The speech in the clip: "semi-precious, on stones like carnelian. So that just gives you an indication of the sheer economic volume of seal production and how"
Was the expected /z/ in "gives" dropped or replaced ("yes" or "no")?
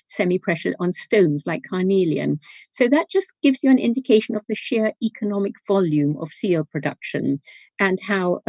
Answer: no